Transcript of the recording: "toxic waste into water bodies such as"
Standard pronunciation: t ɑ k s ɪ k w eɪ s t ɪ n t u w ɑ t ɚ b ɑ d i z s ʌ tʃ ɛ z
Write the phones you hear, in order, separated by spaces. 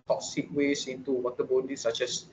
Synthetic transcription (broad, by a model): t ɑ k s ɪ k w eɪ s ɪ n t u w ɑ t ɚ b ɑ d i s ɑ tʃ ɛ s